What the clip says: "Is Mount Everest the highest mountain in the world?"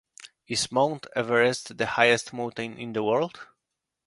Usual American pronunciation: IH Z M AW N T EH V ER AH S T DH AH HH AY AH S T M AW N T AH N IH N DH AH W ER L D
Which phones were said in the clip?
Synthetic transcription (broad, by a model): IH S M AW N T EH V ER AH S T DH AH HH AY AH S T M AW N T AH N IH N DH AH W ER L D